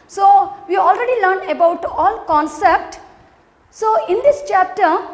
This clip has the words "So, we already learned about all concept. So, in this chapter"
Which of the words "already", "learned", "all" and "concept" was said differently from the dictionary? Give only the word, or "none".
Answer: none